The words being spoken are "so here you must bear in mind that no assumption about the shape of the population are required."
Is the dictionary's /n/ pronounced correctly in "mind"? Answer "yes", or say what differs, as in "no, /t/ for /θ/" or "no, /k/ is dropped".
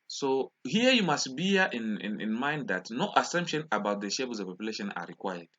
yes